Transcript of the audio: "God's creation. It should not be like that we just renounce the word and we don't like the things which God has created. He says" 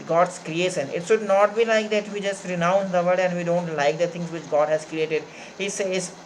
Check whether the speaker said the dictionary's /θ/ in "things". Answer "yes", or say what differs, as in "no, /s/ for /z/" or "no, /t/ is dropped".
no, /t/ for /θ/